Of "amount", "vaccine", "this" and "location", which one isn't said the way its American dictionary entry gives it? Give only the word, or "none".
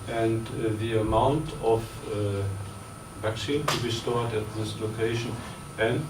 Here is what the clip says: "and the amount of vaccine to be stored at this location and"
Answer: none